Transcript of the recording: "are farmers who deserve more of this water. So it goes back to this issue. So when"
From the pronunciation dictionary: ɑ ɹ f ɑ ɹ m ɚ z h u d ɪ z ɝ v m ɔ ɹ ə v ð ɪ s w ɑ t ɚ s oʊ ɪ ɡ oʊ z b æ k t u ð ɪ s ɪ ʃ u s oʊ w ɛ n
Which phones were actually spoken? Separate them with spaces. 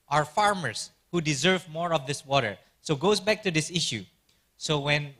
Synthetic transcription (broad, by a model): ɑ ɹ f ɑ ɹ m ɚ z h u d ɪ z ɝ v m ɔ ɹ ə v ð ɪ s w ɑ t ɚ s oʊ ɡ oʊ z b æ k t u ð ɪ s ɪ ʃ u s oʊ w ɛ n